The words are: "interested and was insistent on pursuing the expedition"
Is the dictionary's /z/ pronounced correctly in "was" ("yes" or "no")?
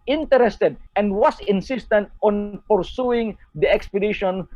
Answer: no